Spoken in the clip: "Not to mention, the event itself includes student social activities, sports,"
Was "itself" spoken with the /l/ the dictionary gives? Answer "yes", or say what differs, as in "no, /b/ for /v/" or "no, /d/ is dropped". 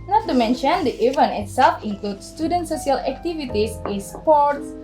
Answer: yes